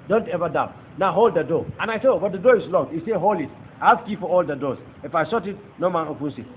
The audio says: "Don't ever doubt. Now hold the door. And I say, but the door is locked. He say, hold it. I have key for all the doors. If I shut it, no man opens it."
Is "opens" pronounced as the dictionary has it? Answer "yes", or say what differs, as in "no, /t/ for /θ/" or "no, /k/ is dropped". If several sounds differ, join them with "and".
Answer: no, /s/ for /z/